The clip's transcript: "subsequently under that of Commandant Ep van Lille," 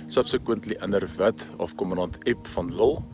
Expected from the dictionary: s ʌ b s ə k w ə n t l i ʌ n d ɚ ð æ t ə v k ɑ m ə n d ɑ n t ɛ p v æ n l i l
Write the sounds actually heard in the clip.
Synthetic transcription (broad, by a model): s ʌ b s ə k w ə n t l i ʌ n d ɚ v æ t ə f k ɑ m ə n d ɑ n t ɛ p f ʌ n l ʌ l